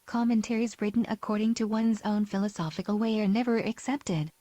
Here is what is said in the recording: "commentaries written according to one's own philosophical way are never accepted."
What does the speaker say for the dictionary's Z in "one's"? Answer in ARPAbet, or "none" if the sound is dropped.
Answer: Z